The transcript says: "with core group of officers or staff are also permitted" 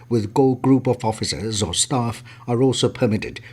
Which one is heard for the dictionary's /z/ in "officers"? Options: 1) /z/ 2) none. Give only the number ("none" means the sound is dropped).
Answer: 1